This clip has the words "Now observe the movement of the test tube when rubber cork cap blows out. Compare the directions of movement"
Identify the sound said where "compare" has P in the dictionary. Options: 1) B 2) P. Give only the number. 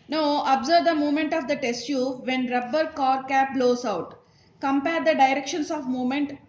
2